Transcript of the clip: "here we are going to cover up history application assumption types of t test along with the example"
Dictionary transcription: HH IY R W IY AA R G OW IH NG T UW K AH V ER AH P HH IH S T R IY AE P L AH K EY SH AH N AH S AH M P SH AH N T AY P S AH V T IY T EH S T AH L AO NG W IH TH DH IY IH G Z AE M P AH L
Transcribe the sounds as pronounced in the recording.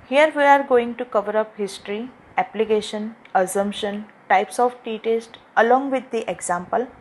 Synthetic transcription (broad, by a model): HH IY R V IY AA R G OW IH NG T UW K AH V ER AH P HH IH S T R IY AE P L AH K EY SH AH N AH S AH M P SH AH N T AY P S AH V T IY T EH S T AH L AO NG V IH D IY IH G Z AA M P AH L